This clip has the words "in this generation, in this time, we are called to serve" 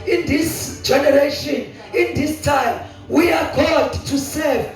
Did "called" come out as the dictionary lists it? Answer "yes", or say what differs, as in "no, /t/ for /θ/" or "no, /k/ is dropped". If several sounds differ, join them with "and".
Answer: no, /l/ is dropped